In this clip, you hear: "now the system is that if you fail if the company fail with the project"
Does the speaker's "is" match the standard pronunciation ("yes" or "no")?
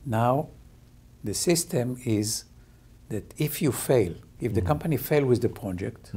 yes